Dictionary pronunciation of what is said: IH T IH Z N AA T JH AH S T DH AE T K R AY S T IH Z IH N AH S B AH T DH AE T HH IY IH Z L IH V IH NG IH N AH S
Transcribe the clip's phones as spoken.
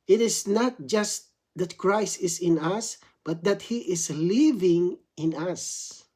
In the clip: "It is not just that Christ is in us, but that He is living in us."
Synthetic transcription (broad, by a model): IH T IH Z N AA T JH AH S T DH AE T K R AY S T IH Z IH N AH S B AH T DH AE T HH IY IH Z L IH V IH NG IH N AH S